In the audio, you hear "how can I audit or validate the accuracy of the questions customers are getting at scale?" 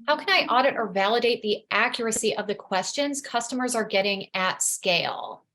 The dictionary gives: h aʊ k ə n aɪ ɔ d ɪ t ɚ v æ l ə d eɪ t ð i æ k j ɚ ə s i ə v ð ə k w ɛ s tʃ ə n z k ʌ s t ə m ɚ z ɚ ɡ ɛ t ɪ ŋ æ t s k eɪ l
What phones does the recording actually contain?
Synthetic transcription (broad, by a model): h aʊ k ə n aɪ ɔ d ɪ t ɚ v æ l ə d eɪ t ð i æ k j ɚ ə s i ə v ð ə k w ɛ s tʃ ə n z k ʌ s t ə m ɚ z ɚ ɡ ɛ t ɪ ŋ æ t s k eɪ l